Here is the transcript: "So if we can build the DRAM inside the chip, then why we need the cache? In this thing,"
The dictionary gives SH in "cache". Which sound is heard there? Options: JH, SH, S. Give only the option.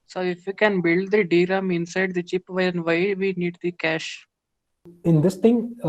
SH